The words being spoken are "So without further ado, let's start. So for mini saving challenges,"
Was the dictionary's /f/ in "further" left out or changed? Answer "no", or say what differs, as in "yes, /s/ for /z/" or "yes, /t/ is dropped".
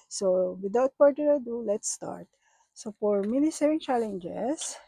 yes, /p/ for /f/